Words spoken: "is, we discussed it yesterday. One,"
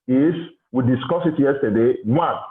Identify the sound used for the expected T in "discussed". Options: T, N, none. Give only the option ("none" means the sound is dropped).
none